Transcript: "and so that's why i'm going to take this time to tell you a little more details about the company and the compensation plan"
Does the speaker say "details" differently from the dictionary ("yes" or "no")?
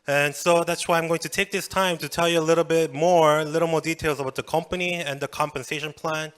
no